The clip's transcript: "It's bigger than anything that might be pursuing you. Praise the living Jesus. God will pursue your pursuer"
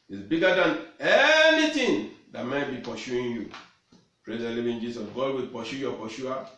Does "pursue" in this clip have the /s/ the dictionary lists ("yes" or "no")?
no